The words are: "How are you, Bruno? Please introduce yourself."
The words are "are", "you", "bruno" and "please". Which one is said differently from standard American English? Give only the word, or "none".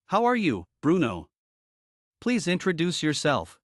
none